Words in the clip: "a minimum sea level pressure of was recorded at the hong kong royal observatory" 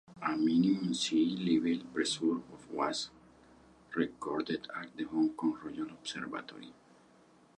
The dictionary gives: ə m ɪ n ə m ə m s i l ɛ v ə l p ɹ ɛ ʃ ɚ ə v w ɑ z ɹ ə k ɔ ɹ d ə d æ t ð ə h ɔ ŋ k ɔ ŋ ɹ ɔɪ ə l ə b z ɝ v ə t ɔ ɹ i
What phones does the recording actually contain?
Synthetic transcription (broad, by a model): ə m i n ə m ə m s i l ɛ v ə l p ɹ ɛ s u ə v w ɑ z ɹ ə k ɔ ɹ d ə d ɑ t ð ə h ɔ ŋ k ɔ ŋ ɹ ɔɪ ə n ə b s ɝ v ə t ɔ ɹ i